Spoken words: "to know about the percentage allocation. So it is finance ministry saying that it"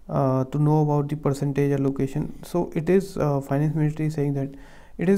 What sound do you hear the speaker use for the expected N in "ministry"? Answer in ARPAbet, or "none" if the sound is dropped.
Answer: L